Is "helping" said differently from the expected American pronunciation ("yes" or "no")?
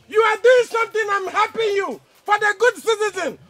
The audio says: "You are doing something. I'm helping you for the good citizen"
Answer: yes